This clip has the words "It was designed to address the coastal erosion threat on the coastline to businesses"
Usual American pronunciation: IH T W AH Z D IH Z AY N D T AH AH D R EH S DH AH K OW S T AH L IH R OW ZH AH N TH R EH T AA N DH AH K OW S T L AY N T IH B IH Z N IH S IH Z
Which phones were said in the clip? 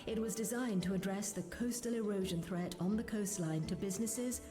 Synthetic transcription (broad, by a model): IH T W AH Z D IH Z AY N T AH AH D R EH S DH AH K OW S T AH L IH R OW ZH AH N TH R EH T N DH AH K OW S T L AY N T IH B IH Z N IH S IH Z